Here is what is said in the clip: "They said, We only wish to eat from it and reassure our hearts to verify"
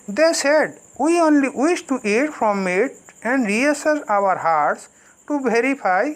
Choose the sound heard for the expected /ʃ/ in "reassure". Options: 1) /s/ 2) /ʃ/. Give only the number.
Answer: 1